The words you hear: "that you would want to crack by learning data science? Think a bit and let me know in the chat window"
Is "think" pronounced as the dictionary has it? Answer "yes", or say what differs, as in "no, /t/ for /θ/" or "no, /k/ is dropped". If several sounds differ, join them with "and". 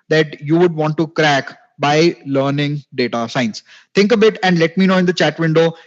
no, /t/ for /θ/